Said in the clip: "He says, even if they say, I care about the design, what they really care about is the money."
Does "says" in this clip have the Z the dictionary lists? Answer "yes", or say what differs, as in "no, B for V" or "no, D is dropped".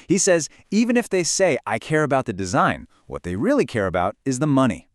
yes